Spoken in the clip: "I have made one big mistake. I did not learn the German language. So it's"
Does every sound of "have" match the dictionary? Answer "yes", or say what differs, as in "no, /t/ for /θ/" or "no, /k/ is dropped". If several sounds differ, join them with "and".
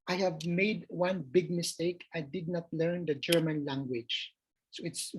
yes